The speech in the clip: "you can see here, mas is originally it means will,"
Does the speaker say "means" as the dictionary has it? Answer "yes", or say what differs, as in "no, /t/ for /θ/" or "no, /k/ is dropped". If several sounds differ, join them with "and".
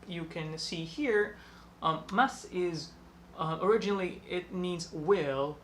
yes